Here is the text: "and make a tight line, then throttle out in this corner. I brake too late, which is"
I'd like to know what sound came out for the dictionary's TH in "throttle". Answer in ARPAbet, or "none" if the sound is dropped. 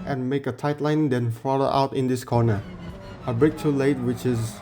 F